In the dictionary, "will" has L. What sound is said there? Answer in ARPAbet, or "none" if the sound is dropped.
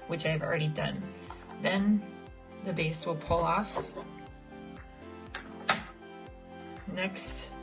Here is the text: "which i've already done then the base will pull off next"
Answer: L